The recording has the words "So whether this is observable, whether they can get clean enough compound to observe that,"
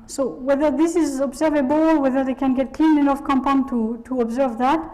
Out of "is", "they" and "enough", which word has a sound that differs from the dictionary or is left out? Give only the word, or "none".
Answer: none